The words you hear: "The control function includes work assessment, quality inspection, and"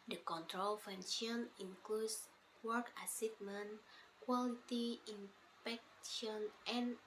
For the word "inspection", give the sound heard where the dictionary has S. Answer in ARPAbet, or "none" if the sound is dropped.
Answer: none